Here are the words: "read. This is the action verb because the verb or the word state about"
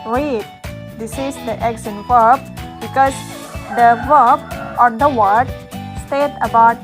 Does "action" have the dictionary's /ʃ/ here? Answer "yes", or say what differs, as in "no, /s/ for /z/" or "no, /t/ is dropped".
no, /s/ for /ʃ/